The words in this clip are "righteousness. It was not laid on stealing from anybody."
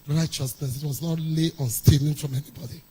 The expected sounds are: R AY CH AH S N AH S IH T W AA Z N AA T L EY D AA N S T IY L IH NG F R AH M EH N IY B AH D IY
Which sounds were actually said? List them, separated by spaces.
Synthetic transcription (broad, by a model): R AY CH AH S N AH S IH T W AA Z N AA T L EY AA N S T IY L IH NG F R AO M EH N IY B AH D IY